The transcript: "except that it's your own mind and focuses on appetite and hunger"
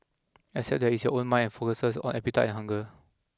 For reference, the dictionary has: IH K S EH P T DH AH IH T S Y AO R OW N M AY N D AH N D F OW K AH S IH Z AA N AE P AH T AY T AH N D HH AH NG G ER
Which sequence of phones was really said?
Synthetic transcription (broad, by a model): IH S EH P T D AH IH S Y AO OW N M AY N AH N F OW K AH S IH S AA N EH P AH T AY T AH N HH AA NG G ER